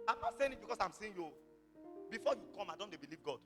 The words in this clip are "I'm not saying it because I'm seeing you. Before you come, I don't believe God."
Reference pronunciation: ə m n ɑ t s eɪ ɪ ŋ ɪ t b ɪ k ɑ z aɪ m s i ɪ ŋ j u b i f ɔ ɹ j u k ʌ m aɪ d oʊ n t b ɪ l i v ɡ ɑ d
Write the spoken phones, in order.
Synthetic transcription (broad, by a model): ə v n ɑ t s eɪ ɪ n ɪ t b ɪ k ɑ s aɪ m s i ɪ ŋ j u b i f ɔ j u k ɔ m aɪ d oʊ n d b ɪ l i v ɡ ɑ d